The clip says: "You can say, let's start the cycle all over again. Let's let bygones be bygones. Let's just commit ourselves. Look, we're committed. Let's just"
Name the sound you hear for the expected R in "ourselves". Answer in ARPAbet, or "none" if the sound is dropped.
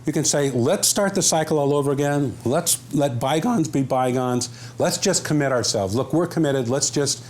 R